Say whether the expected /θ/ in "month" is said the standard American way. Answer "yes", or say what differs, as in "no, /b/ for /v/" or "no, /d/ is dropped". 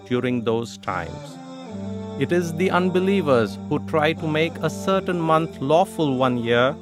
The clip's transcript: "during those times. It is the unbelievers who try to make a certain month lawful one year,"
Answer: no, /t/ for /θ/